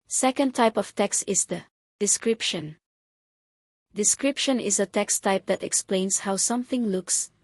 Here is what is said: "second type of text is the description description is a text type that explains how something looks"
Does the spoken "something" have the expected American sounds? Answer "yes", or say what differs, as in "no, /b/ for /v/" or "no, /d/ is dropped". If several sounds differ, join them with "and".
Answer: yes